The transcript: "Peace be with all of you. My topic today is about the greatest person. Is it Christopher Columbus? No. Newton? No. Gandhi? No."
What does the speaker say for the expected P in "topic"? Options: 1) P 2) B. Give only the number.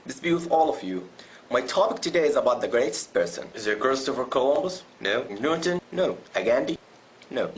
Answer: 1